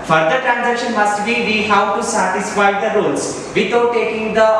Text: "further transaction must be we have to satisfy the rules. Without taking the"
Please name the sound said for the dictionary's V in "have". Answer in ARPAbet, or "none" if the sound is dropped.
W